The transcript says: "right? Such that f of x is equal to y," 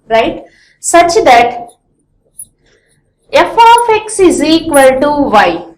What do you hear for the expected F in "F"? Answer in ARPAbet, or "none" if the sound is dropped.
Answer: F